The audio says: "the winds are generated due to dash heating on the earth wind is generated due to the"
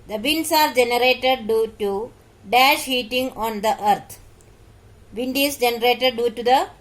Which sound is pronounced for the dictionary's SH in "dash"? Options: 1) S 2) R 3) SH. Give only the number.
3